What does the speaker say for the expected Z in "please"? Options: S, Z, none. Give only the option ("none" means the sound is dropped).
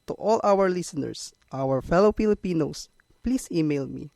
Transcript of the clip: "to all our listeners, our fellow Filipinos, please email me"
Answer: S